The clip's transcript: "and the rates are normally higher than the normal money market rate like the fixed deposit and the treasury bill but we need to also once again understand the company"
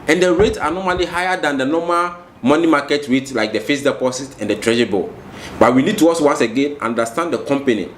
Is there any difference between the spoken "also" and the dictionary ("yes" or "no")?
yes